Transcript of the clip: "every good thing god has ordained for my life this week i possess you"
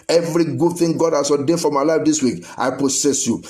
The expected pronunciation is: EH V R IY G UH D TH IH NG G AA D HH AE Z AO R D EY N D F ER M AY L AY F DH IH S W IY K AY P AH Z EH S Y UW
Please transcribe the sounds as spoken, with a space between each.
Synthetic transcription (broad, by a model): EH V R IY G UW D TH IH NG G AA D HH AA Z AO D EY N F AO M AY L AY F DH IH S W IY K AY P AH S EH S Y UW